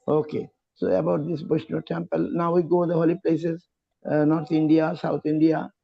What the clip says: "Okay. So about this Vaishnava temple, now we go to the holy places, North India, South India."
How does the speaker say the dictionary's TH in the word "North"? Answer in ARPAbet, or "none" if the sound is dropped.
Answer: T